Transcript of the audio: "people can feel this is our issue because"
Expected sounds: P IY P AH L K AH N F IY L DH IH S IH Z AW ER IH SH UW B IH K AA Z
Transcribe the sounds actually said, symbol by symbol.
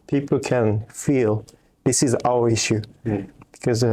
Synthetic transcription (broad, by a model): P IY P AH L K AH N F IY L DH IH S IH Z AW ER IH SH UW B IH K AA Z